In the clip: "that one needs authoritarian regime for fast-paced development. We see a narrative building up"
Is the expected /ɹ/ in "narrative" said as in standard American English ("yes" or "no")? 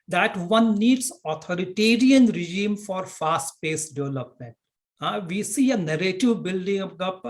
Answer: yes